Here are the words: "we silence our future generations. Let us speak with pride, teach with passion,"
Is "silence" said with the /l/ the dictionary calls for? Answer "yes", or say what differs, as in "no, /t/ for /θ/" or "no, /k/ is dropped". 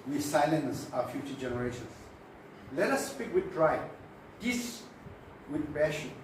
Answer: yes